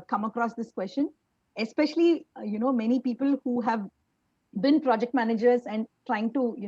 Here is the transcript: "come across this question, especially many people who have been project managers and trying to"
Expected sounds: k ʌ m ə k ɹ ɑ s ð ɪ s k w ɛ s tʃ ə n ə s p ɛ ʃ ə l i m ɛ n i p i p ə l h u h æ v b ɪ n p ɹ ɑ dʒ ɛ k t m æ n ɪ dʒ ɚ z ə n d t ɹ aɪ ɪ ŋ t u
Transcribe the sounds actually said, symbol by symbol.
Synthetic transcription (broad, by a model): k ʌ m ə k ɹ ɑ s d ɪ s k w ɛ s tʃ ə n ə s p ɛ ʃ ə l i m ɛ n i p i p ə l h u h æ v b ɪ n p ɹ ɑ dʒ ɛ k t m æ n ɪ dʒ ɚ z ə n d t ɹ aɪ ɪ ŋ t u